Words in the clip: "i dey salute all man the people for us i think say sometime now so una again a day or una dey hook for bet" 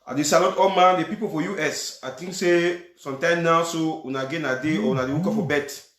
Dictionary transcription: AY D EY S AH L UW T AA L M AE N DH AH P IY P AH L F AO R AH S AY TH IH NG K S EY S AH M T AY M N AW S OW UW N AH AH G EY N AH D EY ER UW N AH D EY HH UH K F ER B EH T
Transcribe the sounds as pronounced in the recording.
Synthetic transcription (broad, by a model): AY D EY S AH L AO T AA L M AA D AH P IY P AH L F AO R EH S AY T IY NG K S EY S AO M T AY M N AW S OW UW N AH G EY N AH D EY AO UW N AH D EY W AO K F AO B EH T